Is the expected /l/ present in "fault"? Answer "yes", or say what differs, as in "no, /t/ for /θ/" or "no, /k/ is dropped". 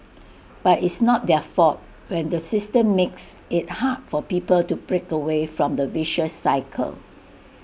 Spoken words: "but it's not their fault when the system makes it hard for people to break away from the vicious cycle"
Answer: no, /l/ is dropped